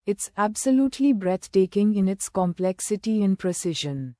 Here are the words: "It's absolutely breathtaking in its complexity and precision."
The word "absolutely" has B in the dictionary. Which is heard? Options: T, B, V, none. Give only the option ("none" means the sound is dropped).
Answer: B